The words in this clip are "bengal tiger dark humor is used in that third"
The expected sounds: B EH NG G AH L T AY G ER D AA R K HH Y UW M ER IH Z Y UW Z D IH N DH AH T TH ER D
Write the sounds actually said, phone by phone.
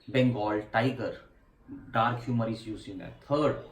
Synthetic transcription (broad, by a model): B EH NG G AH L T AY G ER D AA R K HH Y UW M ER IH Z Y UW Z IH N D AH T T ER D